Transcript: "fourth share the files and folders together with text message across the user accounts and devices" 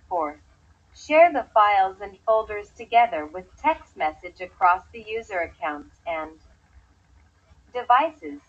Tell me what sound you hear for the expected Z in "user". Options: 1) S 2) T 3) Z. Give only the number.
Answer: 3